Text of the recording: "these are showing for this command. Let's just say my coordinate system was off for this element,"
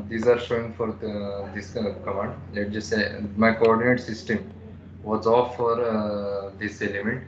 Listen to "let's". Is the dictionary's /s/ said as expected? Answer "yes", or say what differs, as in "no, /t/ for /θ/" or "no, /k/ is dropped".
no, /s/ is dropped